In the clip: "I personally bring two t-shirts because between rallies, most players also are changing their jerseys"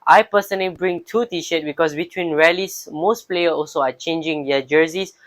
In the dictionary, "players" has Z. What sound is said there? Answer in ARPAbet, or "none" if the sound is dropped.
none